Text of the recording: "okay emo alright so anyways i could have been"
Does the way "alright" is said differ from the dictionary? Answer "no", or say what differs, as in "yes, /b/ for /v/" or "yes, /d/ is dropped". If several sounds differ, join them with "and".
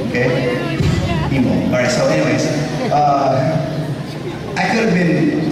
yes, /l/ is dropped